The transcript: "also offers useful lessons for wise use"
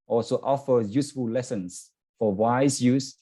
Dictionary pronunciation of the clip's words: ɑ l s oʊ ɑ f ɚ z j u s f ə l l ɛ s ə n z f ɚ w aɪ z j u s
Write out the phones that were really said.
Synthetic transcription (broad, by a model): ɑ l s oʊ ɑ f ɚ j u s f ə l l ɛ s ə n s f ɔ w aɪ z j u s